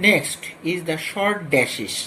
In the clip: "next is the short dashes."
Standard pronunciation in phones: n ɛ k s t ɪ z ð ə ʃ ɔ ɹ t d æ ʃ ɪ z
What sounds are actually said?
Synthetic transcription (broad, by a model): n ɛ k s t ɪ z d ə ʃ ɔ ɹ t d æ ʃ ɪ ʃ